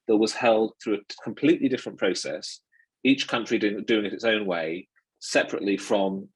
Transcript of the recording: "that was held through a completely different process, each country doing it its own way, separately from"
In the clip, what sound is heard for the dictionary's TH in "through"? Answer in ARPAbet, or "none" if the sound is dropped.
TH